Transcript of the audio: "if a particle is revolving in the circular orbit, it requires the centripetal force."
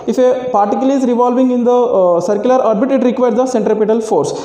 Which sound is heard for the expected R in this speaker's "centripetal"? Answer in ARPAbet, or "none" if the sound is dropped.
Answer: R